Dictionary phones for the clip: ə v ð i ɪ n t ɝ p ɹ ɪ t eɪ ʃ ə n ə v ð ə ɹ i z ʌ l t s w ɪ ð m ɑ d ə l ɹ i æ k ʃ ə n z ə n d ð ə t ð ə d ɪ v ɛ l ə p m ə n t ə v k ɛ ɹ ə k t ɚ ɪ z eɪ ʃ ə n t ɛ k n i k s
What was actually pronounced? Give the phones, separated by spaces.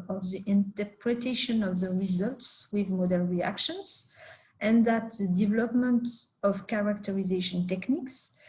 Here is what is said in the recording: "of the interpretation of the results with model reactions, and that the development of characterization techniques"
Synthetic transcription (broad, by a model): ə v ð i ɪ n t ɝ p ɹ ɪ t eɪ ʃ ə n ə v ð ə ɹ i z ʌ l t s w ɪ ð m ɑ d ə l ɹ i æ k ʃ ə n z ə n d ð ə t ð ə d ɪ v ɛ l ə p m ə n t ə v k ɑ ɹ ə k t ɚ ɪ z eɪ ʃ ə n t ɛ k n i k s